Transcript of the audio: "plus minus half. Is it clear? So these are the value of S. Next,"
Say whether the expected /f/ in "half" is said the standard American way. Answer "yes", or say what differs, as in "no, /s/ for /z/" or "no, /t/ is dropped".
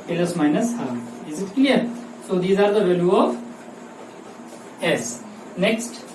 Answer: no, /f/ is dropped